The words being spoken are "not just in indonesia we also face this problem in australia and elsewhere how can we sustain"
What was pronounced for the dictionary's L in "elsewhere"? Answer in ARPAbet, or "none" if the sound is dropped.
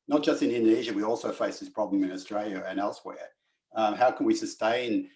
L